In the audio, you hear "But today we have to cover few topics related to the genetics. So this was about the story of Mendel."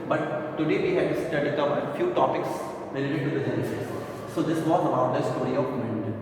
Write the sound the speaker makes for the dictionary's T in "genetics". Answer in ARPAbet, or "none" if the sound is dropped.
S